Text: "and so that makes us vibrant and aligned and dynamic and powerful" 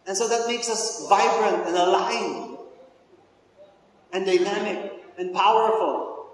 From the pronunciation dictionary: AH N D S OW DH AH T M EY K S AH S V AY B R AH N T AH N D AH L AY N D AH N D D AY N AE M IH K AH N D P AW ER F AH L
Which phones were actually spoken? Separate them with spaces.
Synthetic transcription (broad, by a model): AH N S OW DH AH T M EY K S AH S V AY B R AH N T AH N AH L AY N AH N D D AY N AE M IH K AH N P AW ER F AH L